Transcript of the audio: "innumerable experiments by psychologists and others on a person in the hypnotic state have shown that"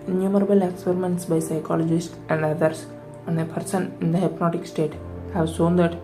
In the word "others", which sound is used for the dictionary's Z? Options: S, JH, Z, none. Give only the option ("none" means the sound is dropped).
S